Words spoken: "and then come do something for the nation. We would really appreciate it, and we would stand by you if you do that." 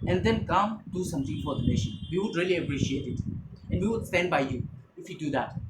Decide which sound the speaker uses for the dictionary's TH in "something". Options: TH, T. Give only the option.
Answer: T